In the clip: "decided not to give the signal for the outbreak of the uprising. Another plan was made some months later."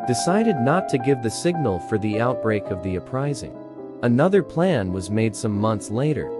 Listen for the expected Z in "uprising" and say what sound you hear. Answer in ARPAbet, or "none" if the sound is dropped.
Z